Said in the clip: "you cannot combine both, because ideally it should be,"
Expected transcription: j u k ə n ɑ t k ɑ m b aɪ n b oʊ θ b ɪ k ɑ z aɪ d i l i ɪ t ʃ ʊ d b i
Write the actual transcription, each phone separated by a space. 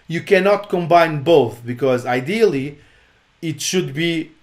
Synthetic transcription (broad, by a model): j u k ə n ɑ t k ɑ m b aɪ n b oʊ θ b ɪ k ɑ z aɪ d i l i ɪ t ʃ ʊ d b i